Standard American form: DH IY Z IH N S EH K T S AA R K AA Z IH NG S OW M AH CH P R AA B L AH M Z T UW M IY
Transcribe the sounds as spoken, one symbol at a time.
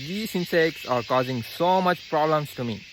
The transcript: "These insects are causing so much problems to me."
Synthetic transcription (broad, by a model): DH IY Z IH N S EH K T S AA R K AA Z IH NG S OW M AH CH P R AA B L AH M S T UW M IY